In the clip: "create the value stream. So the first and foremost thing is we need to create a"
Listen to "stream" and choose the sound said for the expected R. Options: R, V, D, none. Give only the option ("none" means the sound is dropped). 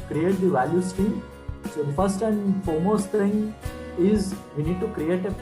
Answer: none